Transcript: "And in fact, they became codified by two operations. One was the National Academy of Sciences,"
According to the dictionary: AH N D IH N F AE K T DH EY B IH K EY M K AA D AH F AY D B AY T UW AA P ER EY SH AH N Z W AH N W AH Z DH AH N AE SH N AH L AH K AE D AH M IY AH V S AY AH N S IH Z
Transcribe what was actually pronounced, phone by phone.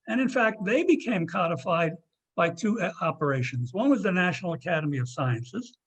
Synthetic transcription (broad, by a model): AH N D IH N F AE K T DH EY B IH K EY M K AA D AH F AY D B AY T UW AA P ER EY SH AH N Z W AH N W AH Z DH AH N AE SH N L AH K AE D AH M IY AH V S AY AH N S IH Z